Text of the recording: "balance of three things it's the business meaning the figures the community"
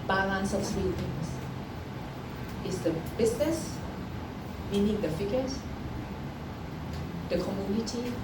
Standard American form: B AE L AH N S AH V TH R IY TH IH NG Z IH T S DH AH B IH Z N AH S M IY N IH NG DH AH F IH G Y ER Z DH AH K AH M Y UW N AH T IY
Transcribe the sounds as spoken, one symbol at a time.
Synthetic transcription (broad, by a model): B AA L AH N S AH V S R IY T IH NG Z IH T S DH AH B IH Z N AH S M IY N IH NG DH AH F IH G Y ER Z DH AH K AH M Y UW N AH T IY